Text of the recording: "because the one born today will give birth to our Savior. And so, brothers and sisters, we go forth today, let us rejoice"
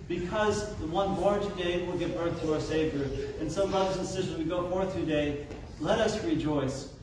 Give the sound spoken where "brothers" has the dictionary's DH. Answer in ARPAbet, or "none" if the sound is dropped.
none